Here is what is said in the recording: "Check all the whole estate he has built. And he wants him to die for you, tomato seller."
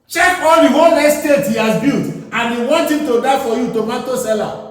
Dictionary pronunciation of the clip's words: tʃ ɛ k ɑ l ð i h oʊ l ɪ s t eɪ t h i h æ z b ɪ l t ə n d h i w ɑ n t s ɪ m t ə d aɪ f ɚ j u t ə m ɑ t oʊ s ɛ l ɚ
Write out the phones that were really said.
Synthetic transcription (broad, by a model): tʃ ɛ k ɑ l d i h oʊ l ɪ s t eɪ t h i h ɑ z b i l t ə n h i w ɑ n t ɪ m t ə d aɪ f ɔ j u t ə m ɑ t oʊ s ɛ l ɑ